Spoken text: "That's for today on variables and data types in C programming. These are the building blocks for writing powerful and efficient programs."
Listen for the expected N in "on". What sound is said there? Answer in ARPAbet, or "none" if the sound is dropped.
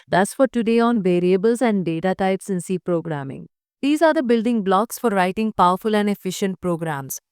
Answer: N